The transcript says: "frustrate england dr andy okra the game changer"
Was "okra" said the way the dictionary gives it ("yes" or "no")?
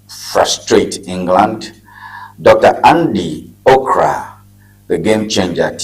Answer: yes